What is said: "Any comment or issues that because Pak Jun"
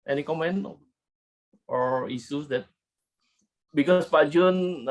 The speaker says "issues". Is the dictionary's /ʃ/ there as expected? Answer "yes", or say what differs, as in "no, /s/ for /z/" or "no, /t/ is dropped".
no, /s/ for /ʃ/